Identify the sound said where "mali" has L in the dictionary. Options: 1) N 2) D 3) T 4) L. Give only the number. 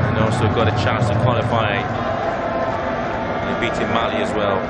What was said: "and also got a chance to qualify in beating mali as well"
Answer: 4